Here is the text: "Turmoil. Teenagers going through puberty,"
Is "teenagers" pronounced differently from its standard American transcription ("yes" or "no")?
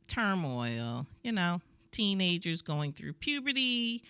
no